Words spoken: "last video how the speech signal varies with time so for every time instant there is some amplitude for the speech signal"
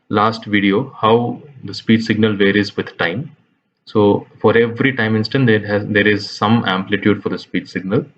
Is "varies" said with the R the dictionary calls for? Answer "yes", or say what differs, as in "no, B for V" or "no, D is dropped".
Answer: yes